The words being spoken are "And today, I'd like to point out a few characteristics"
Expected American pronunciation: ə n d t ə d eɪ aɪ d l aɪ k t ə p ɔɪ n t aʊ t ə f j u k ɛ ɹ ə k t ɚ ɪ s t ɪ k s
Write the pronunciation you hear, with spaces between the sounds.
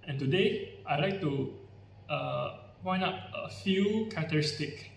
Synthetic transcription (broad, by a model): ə n t ə d eɪ aɪ l aɪ k t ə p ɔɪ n aʊ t ə f j u k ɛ ɹ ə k t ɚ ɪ s t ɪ k